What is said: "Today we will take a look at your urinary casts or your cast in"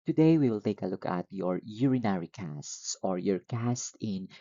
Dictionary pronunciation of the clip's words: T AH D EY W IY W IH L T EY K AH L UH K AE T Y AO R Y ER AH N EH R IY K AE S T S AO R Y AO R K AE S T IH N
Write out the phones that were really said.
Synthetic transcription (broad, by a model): T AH D EY W IY W IH L T EY K AH L UH K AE T Y AO R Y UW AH N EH R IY K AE S T S AO R Y AO R K AE S T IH N